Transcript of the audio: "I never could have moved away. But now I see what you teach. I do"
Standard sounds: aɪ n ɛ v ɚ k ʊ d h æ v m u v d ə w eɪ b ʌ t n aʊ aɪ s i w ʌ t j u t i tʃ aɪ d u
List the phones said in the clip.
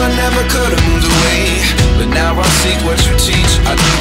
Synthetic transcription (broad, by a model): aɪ n ɛ v ɚ k ʊ d m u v ə w eɪ b ʌ t n aʊ aɪ s i w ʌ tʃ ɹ t i tʃ aɪ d